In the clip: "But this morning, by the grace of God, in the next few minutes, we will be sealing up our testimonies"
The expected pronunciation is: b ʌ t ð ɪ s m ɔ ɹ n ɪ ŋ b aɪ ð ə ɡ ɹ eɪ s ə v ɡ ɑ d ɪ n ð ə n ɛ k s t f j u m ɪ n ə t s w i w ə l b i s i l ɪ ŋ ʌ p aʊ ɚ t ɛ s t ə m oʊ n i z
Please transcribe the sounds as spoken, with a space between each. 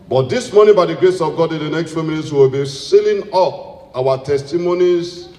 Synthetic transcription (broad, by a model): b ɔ t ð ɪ s m ɔ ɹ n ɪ b aɪ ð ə ɡ ɹ eɪ s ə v ɡ ɑ d ɪ n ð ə n ɛ k s t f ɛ m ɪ l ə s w w ə l b i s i l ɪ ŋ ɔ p aʊ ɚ t ɛ s t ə m oʊ n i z